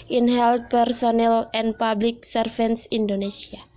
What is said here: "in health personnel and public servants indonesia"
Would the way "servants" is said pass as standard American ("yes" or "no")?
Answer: no